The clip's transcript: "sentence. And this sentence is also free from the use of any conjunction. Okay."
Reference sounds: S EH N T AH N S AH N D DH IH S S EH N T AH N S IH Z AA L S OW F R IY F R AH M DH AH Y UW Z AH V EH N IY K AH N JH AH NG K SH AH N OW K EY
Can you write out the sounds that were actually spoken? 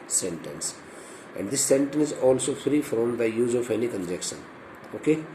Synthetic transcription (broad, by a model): S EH N T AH N S AH N D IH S S EH N T AH N S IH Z AA L S OW F R IY F R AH M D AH Y UW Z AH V EH N IY K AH N JH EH K SH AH N OW K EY